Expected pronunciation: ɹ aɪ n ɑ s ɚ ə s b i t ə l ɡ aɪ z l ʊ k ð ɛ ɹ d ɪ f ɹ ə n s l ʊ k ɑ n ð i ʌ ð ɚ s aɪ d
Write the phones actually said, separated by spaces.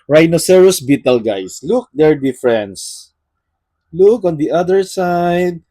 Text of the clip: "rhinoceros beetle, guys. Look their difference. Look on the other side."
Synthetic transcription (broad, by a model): ɹ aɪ n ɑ s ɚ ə s b i t ə l ɡ aɪ s l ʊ k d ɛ ɹ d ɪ f ɹ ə n s l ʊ k ɑ n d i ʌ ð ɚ s aɪ d